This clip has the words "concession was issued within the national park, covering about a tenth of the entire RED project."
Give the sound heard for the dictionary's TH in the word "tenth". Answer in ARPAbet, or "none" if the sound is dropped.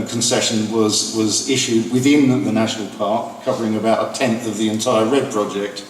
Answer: TH